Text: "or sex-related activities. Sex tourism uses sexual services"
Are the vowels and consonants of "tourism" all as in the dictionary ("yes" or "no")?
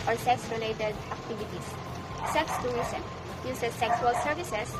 no